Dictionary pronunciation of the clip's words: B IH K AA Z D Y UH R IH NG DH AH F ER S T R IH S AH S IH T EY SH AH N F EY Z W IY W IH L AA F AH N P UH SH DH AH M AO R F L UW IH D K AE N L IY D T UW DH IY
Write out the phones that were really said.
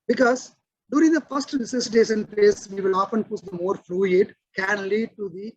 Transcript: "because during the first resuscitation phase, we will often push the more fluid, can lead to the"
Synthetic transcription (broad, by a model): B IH K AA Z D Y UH R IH NG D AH F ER S T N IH S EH S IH T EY S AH N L EY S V IY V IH L AA F AH N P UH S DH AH M AO R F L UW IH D K AE N L IY D T UW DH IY